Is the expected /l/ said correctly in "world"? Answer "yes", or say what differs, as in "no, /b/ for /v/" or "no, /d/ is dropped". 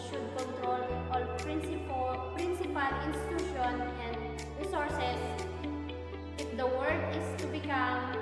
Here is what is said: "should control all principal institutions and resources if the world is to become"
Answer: no, /l/ is dropped